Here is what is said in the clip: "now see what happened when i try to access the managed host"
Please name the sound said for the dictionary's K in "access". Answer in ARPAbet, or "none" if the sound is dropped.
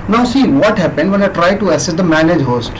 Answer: none